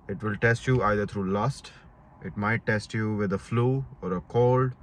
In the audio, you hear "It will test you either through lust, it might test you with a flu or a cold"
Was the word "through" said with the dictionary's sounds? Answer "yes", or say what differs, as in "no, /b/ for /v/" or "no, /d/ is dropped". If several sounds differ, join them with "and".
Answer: no, /t/ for /θ/